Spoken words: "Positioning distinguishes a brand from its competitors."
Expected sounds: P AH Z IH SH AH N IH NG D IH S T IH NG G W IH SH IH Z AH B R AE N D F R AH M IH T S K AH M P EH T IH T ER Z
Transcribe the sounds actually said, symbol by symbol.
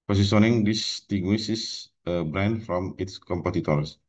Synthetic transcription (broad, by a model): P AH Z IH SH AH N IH NG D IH S T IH G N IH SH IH S AH B R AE N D F R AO M IH T S K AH M P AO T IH T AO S